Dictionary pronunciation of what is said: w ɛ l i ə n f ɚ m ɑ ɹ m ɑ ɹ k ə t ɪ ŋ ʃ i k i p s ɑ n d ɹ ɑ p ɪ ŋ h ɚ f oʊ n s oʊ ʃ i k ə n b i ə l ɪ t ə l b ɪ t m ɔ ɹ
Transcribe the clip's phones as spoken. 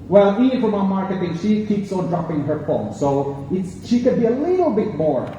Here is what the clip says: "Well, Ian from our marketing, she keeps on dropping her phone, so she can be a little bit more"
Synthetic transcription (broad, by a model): w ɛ l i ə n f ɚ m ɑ m ɑ ɹ k ə t ɪ ŋ ʃ i k i p s ɑ n d ɹ ɑ p ɪ ŋ h ɚ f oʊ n s oʊ ʃ i k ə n b i ə l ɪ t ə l b ɪ t m ɔ ɹ